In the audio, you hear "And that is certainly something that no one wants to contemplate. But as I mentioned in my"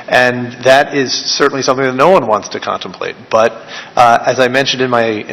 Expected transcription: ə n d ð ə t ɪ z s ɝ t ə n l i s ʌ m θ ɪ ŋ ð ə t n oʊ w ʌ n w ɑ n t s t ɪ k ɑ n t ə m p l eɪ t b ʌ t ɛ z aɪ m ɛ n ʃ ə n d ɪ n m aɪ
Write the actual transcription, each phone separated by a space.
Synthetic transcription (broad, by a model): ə n ð ə t ɪ z s ɝ t n l i s ʌ m θ ɪ ŋ ð ə t n oʊ w ʌ n w ɑ n t s t ɪ k ɑ n t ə m p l eɪ t b ʌ t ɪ z aɪ m ɛ n ʃ ə n d ɪ n m aɪ